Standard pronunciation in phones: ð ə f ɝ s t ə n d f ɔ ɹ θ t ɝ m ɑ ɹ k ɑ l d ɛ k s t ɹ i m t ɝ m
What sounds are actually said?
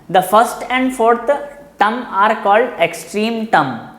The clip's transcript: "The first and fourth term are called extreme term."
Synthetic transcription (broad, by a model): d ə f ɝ s t ə n d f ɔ ɹ t t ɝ m ɑ ɹ k ɑ l d ɛ k s t ɹ i m t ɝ m